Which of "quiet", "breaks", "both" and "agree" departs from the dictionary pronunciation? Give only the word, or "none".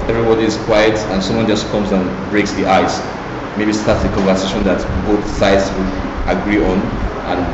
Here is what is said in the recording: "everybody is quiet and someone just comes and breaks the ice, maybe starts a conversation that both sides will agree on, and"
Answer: none